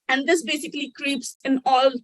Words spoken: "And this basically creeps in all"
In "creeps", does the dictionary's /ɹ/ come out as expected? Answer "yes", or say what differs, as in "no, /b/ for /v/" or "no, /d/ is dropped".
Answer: yes